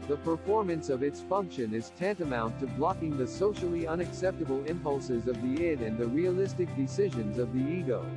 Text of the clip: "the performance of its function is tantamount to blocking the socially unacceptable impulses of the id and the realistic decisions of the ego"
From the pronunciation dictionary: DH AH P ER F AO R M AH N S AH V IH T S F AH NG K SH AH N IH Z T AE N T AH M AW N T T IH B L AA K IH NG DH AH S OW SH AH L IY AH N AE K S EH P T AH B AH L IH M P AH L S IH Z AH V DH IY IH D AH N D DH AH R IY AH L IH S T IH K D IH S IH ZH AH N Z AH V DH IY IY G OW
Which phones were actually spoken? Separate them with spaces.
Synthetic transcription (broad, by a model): DH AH P ER F AO R M AH N S AH V IH T S F AH NG K SH AH N IH Z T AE N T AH M AW N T T IH B L AA K IH NG DH AH S OW SH L IY AH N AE K S EH P T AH B L IH M P AH L S IH Z AH V DH IY IH D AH N DH AH R IY AH L IH S T IH K D IH S IH ZH AH N Z AH V DH IY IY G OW